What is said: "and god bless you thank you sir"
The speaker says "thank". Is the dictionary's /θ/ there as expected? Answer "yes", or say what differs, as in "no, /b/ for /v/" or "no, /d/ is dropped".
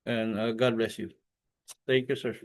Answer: no, /t/ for /θ/